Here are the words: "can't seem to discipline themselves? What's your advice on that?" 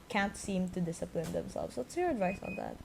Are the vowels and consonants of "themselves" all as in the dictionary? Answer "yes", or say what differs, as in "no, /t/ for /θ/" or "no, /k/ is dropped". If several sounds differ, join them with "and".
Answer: no, /s/ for /z/